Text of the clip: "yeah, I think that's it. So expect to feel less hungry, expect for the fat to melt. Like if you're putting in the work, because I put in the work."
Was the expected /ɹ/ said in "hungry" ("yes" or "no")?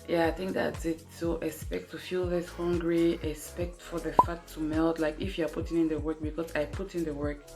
yes